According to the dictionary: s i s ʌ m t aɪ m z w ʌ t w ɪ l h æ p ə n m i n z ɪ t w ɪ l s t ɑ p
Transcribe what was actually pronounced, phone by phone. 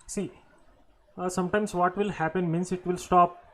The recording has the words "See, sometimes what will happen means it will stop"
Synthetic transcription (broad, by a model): s i s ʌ m t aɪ m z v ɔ t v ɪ l h æ p ə n m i n s ɪ t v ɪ l s t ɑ p